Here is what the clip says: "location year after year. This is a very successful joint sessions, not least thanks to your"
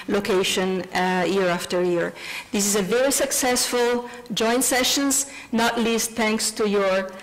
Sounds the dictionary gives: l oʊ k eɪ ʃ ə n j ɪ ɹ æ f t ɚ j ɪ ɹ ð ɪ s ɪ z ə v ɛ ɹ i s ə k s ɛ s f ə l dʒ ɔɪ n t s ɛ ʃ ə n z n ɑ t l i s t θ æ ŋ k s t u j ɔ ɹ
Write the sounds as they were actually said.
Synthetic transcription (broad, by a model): l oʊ k eɪ ʃ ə n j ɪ ɹ æ f t ɚ j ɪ ɹ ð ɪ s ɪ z ə v ɛ ɹ i s ə k s ɛ s f ə l dʒ ɔɪ n t s ɛ ʃ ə n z n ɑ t l i s t θ æ ŋ k s t u j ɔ ɹ